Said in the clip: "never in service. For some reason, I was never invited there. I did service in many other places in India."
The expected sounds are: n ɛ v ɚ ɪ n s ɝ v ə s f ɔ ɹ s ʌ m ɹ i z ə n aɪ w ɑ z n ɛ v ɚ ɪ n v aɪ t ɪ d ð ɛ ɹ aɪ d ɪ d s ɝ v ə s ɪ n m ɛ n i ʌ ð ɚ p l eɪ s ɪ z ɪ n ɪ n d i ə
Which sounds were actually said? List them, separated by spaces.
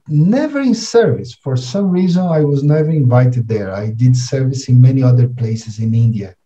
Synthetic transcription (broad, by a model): n ɛ v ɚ ɪ n s ɝ v ə s f ɔ ɹ s ʌ m ɹ i z ə n aɪ w ɑ z n ɛ v ɚ ɪ n v aɪ t ɪ d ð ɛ ɹ aɪ d ɪ d s ɝ v ə s ɪ n m ɛ n i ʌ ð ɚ p l eɪ s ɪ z ɪ n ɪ n d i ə